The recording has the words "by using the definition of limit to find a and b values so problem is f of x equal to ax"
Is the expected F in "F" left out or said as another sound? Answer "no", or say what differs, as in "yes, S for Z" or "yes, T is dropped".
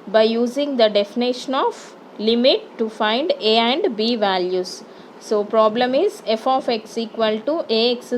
no